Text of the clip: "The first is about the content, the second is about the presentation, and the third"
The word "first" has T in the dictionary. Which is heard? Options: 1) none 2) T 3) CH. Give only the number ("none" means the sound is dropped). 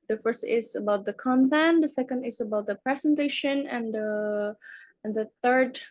2